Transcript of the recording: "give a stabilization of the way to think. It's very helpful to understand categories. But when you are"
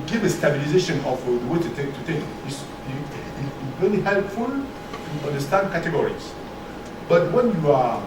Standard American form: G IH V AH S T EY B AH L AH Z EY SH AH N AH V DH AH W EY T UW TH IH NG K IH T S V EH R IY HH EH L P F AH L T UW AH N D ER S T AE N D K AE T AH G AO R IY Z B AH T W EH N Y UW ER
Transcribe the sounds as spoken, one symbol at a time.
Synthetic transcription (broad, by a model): G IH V AH S T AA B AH L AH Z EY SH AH N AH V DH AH W EY T UW T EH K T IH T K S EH L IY HH EH L P F AH L T UW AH N D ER S T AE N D K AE T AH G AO R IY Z B AH T W EH N Y UW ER